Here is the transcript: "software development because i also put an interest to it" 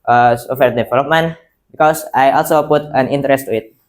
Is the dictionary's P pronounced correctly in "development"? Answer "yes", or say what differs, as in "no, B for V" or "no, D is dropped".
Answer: no, P is dropped